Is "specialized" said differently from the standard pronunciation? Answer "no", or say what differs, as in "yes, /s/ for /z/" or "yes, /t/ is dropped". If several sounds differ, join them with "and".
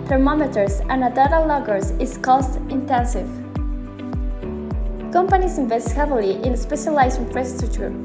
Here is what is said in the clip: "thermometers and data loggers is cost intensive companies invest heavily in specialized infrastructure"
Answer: yes, /d/ is dropped